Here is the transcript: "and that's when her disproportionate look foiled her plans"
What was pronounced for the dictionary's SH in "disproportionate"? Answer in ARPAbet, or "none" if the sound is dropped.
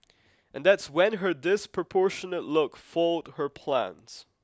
SH